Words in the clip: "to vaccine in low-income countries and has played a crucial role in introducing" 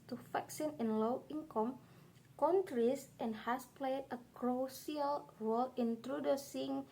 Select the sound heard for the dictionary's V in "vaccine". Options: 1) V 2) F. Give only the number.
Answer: 2